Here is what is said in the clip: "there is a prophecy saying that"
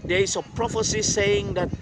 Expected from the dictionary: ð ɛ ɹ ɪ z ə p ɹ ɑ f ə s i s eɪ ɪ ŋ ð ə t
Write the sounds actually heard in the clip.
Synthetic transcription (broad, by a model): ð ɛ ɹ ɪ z ə p ɹ ɑ f ə s i s eɪ ɪ ŋ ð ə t